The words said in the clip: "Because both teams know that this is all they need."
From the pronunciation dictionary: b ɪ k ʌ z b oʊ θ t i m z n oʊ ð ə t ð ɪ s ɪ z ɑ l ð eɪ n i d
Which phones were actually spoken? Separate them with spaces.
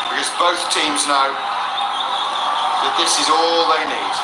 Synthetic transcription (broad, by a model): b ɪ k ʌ z b oʊ θ t i m z n oʊ ð ə t ð ɪ s ɪ z ɑ l ð eɪ n i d